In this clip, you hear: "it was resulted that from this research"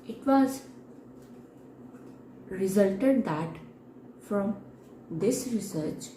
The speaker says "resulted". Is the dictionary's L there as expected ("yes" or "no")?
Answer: yes